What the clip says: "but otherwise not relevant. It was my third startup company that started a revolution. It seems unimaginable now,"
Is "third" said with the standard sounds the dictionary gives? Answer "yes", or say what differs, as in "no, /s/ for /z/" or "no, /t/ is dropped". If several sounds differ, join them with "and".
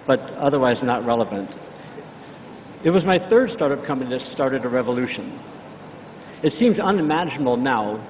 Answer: yes